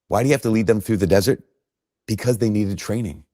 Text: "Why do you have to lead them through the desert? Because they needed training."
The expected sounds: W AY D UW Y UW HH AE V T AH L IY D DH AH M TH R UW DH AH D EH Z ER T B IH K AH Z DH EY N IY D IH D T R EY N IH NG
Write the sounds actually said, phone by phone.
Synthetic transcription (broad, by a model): W AY D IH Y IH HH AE F T AH L IY D DH AH M TH R UW DH AH D EH Z ER T B IH K AH Z DH EY N IY D IH D T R EY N IH NG